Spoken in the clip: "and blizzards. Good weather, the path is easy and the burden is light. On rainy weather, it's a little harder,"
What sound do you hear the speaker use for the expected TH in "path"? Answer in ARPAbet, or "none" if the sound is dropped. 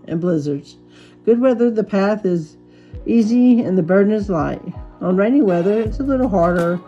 TH